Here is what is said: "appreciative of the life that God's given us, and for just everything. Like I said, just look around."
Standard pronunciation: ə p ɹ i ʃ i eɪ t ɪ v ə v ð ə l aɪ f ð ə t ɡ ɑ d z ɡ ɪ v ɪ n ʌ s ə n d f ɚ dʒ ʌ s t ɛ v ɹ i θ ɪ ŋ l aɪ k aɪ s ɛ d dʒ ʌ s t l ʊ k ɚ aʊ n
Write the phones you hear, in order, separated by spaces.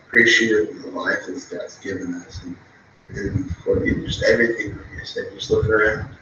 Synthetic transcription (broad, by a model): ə p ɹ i ʃ i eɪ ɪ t ð ə l aɪ f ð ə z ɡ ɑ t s ɡ ɪ v ɪ n ʌ s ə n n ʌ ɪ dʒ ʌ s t ɛ v ɹ i θ ɪ ŋ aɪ ɪ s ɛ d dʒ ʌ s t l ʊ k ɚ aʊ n